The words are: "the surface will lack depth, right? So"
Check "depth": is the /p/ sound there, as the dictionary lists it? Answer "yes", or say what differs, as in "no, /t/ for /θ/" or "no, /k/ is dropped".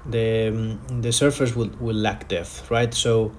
no, /p/ is dropped